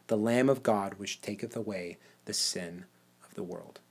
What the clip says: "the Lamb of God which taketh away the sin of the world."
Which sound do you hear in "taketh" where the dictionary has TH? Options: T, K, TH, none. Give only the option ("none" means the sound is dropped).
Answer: TH